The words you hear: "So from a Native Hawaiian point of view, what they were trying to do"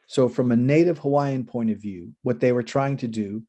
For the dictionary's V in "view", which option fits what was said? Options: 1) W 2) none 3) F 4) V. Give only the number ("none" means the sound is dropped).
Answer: 4